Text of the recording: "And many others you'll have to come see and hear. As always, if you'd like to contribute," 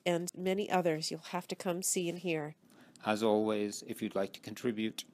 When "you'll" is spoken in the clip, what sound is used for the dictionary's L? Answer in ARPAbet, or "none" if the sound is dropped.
L